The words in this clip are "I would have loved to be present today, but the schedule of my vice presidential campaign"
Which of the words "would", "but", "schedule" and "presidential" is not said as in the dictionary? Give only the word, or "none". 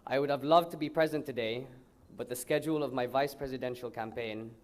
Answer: none